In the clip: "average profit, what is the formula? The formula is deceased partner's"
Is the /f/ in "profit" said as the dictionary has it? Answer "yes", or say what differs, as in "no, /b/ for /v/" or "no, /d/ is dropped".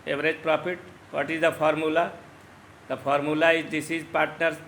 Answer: no, /p/ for /f/